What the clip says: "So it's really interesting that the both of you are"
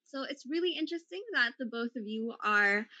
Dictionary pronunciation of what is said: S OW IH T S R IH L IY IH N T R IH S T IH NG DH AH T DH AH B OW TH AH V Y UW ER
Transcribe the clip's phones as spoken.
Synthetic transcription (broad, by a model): S OW IH T S R IH L IY IH N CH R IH S T IH NG DH AH T DH AH B OW TH AH V Y UW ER